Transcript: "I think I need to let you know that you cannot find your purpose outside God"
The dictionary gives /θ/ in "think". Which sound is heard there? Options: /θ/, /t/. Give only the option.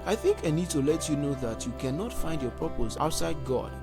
/θ/